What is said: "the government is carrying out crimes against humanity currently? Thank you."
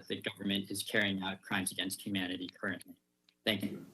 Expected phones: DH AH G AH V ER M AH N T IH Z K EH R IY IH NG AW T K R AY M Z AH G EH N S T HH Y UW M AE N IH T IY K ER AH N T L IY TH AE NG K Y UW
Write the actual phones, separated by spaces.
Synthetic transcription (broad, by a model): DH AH G AH V ER M AH N T IH Z K EH R IY IH NG AW T K R AY M Z AH G EH N S T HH Y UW M AE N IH T IY K ER AH N T L IY TH AE NG K Y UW